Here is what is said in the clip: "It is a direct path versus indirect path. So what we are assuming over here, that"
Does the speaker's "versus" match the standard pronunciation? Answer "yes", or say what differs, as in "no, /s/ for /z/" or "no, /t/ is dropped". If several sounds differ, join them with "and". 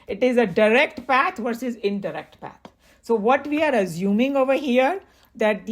yes